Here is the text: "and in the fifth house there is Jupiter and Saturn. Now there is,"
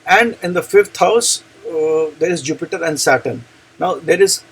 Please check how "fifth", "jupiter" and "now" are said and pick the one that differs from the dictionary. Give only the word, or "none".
fifth